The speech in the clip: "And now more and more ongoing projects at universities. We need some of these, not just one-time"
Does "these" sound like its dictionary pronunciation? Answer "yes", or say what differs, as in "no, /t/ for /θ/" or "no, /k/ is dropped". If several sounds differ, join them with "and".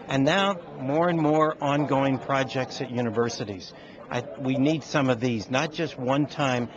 yes